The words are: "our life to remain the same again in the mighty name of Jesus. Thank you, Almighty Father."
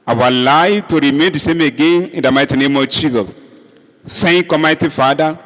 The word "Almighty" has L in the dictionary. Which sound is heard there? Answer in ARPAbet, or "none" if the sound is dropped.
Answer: none